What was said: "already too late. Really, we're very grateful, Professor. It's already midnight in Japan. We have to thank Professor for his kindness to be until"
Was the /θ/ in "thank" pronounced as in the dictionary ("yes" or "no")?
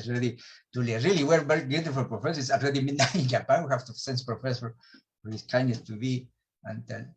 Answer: no